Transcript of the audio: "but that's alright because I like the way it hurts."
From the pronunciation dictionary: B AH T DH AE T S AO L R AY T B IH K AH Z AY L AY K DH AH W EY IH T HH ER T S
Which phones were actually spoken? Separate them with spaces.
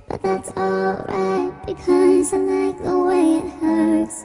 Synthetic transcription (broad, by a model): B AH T DH AE T S AO L R AY T B IH K AH Z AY N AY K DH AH W EY IH T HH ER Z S